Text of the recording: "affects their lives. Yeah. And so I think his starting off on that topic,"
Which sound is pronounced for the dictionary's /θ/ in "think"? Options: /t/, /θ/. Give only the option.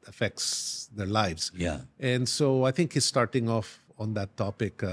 /t/